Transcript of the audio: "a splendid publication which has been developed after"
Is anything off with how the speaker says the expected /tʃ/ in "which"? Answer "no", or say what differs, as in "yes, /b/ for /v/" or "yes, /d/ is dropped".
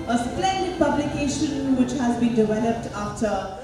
no